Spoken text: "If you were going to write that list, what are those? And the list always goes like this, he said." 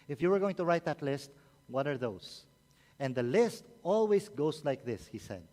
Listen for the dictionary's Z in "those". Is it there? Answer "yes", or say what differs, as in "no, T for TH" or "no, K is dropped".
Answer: no, S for Z